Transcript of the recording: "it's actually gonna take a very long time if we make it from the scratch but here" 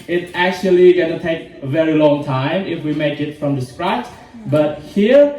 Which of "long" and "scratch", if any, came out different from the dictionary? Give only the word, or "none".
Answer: none